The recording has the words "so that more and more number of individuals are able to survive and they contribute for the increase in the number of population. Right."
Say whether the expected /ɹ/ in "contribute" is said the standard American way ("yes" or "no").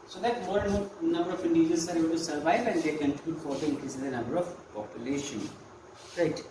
no